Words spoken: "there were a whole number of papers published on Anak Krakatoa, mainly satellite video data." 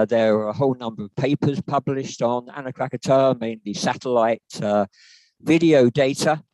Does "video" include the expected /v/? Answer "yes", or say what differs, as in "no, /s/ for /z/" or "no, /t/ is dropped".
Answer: yes